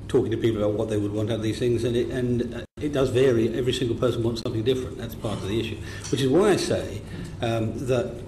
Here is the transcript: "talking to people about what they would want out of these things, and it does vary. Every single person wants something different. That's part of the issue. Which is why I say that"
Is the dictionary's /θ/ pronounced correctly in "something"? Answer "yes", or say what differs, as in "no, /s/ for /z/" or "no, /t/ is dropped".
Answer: yes